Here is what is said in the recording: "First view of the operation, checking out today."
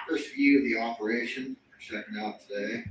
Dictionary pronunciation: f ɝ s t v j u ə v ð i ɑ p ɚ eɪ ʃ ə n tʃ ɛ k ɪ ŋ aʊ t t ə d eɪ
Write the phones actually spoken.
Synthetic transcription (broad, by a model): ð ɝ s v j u ə v ð i ɑ p ɚ eɪ ʃ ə n s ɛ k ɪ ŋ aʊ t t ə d eɪ